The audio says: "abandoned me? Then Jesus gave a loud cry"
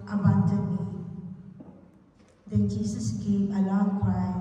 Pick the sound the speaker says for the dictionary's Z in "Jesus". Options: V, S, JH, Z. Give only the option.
S